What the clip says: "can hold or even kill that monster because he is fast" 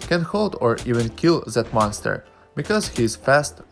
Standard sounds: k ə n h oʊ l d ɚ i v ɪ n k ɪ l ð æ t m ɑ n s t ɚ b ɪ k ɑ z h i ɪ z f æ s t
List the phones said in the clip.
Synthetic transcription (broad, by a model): k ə n h oʊ l d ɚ i v ɪ n k ɪ l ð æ t m ɑ n s t ɚ b ɪ k ɑ z h i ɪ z f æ s t